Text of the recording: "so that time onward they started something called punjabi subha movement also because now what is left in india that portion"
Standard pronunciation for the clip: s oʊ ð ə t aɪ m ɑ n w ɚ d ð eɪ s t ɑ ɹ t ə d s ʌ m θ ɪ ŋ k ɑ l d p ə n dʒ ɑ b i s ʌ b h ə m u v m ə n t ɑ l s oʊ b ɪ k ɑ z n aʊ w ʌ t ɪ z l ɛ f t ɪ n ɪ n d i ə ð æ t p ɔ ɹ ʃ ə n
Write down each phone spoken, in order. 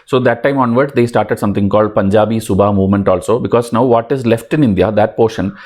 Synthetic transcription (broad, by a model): s oʊ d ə t aɪ m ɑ n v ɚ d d eɪ s t ɑ ɹ t ə d s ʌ m t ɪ ŋ k ɑ l d p ə n dʒ ɑ b i s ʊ b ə m u v m ə n t ɑ l s oʊ b ɪ k ɑ z n aʊ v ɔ t ɪ z l ɛ f t ɪ n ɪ n d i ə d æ t p ɔ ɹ ʃ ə n